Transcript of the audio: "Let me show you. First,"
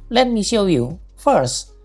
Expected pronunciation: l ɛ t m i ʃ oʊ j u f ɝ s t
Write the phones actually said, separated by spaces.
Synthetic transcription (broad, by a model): l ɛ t m i ʃ oʊ j u f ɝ s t